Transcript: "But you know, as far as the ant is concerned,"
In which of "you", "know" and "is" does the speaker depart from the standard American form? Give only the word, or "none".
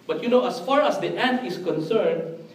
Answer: is